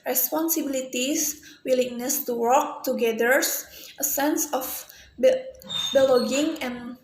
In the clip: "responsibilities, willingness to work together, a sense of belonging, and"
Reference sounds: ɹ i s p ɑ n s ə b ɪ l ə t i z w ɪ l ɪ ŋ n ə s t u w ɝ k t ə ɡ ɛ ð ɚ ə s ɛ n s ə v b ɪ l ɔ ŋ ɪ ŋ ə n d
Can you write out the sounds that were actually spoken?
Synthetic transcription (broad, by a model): ɹ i s p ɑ n s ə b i l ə t i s w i l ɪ ŋ n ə s t u w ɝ k t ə ɡ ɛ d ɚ ə s ɛ n s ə b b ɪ l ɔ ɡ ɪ ŋ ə n